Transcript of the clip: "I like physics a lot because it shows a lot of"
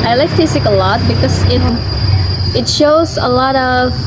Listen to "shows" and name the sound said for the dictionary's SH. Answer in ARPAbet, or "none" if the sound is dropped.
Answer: SH